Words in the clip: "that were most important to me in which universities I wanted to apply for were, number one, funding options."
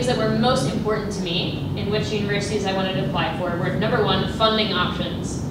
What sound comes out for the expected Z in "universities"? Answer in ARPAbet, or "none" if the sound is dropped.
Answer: Z